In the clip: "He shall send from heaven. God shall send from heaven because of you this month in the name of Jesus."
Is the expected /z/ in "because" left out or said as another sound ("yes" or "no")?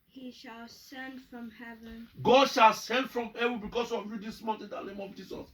yes